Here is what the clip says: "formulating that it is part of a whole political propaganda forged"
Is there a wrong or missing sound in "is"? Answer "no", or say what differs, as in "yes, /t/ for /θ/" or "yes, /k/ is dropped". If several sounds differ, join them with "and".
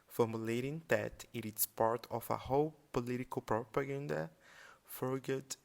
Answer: yes, /s/ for /z/